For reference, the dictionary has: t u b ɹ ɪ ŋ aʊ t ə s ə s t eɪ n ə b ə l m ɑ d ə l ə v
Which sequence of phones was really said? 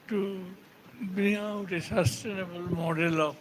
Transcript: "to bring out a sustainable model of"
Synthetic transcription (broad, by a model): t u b i aʊ t ə s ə s t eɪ n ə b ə l m ɑ d ə l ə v